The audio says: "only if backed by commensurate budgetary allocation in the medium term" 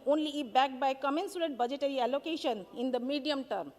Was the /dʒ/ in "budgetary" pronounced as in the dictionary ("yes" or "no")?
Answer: yes